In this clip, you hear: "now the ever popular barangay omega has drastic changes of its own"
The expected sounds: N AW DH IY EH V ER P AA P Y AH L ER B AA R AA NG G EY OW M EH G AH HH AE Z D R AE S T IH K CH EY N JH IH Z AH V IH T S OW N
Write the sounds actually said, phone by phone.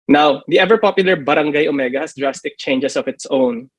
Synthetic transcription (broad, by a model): N AW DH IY EH V ER P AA P Y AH L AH B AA R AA NG G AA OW M EH G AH HH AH S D R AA S T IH K CH EY N JH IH S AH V IH T S OW N